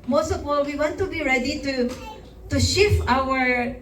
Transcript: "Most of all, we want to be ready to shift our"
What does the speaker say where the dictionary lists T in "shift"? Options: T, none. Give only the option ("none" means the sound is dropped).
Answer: none